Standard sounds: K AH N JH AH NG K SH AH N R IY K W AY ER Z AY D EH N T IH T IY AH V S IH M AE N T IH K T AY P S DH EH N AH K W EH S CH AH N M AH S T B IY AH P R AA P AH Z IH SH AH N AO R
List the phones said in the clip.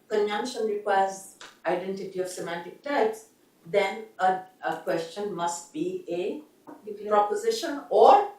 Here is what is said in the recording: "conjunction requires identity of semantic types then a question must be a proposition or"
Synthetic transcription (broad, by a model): K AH N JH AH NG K SH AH N R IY K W AY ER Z AY D EH N T IH T IY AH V S IH M AE N T IH K T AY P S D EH N AH K W EH S CH AH N M AH S T B IY AH P R AA P AH Z IH SH AH N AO R